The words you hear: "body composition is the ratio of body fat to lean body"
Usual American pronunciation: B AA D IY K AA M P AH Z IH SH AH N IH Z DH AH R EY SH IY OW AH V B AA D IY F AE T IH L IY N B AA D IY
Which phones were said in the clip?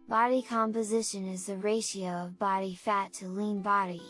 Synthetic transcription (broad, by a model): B AA D IY K AA M P AH Z IH SH AH N IH Z DH AH R EY SH IY OW AH V B AA D IY F AE T IH L IY N B AA D IY